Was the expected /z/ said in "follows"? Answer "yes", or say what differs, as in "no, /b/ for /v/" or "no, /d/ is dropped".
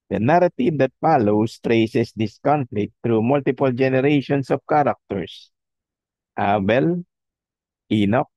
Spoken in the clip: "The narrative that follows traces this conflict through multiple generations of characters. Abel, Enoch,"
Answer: no, /s/ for /z/